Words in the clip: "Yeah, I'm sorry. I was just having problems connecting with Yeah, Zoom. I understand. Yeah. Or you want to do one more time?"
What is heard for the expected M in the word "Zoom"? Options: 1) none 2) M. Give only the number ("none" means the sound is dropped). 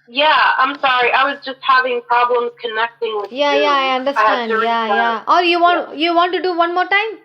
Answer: 1